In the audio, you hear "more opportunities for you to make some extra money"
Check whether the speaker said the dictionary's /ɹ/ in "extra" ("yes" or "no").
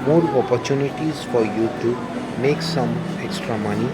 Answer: yes